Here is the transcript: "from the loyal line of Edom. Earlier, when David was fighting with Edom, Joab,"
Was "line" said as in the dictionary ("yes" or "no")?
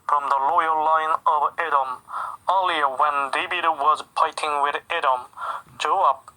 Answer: yes